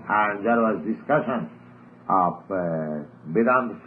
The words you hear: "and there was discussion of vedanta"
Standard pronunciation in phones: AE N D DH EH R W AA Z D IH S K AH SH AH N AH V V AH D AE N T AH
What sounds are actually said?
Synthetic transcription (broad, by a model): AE N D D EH R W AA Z D IH S K AH SH AH N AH P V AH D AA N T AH